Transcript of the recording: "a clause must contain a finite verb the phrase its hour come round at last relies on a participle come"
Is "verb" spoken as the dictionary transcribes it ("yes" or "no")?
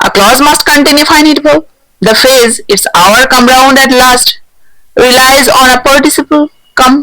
no